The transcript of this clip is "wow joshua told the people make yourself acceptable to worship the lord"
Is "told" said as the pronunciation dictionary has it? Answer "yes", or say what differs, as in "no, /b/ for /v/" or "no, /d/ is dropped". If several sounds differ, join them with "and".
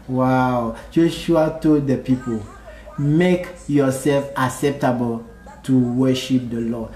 no, /l/ is dropped